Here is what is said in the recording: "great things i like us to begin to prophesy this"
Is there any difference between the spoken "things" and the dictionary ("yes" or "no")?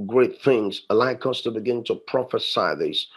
no